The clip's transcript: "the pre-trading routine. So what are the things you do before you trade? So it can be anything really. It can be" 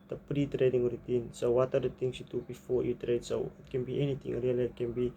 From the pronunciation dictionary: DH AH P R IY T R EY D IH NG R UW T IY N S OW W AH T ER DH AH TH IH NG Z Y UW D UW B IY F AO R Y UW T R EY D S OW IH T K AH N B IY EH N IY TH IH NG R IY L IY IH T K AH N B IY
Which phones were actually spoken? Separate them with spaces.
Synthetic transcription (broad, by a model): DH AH P R IY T R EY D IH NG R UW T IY N S OW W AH T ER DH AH T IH NG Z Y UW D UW B IY F AO R Y UW T R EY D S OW IH T K AH N B IY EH N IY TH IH NG R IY L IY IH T K AH N B IY